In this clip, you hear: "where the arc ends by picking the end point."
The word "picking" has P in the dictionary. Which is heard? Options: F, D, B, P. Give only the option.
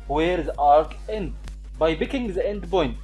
B